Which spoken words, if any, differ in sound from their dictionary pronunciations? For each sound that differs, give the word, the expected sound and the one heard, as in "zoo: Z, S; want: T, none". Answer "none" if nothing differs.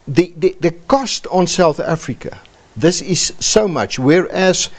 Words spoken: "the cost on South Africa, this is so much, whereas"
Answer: none